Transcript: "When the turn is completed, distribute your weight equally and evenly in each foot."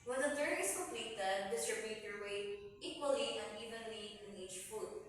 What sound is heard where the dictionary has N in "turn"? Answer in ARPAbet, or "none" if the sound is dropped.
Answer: none